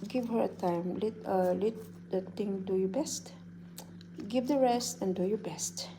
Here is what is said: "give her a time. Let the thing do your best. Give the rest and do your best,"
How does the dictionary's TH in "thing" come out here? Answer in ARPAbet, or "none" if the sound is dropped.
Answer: T